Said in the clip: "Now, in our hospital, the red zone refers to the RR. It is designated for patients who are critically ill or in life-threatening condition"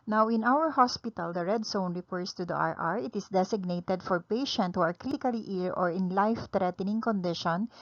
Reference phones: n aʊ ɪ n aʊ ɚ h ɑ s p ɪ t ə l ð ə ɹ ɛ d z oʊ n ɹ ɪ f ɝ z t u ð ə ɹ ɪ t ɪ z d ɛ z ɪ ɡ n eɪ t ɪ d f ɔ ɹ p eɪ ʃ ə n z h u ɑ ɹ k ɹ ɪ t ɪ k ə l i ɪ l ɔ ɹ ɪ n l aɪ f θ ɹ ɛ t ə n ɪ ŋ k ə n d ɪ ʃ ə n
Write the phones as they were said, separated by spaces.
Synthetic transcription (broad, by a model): n aʊ ɪ n aʊ ɚ h ɑ s p ɪ t ə l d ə ɹ ɛ d s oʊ n ɹ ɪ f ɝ s t u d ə ɹ ɪ t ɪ s d ɛ s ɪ ɡ n eɪ t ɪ d f ɔ ɹ p eɪ ʃ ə n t h u ɑ ɹ k ɹ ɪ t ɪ k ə l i ɪ l ɔ ɹ ɪ n l aɪ f t ɹ ɛ t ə n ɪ ŋ k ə n d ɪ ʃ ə n